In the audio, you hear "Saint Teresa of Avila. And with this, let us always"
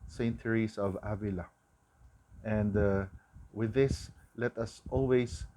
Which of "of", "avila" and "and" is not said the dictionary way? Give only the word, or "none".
none